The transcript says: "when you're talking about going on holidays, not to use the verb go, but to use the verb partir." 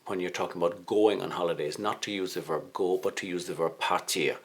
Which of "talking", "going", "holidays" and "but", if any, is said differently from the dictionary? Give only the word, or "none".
none